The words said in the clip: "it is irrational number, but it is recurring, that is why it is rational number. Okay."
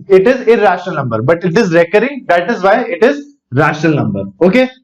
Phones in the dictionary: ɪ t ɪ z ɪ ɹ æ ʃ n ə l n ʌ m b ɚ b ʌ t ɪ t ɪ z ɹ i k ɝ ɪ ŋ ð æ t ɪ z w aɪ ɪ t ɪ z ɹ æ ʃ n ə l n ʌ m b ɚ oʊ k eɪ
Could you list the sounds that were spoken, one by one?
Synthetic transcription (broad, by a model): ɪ t ɪ z ɪ ɹ æ ʃ n ə l n ʌ m b ɚ b ʌ t ɪ t ɪ z ɹ i k ɝ ɪ ŋ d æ t ɪ z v aɪ ɪ t ɪ z ɹ æ ʃ n ə l n ʌ m b ɚ oʊ k eɪ